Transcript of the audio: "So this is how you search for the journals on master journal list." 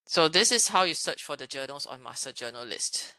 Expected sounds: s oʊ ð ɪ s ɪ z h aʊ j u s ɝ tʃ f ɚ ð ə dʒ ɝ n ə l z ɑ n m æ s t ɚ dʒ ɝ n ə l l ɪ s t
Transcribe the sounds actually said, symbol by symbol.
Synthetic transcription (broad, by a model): s oʊ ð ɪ s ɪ s h aʊ j u s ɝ tʃ f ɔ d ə dʒ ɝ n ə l s ɑ n m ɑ s t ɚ dʒ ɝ n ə l l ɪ s t